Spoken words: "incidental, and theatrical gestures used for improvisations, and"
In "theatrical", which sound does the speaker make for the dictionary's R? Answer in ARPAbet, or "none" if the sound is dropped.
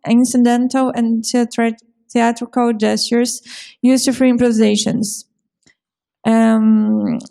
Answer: R